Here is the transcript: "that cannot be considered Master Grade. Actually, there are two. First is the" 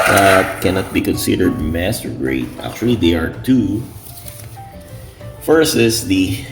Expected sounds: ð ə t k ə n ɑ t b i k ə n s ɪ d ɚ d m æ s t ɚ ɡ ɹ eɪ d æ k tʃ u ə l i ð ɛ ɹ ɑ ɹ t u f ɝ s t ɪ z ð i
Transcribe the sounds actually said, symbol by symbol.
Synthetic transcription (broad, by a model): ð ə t k ə n ɑ t b i k ə n s ɪ d ɚ d m æ s t ɚ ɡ ɹ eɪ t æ k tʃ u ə l i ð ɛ ɑ ɹ t u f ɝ s ɪ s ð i